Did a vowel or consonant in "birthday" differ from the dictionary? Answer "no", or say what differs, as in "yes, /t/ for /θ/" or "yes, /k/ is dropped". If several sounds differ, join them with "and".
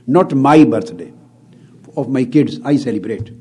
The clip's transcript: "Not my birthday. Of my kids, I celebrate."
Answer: yes, /t/ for /θ/